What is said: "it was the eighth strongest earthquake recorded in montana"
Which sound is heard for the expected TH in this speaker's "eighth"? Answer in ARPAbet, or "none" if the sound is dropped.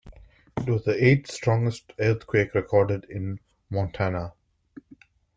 T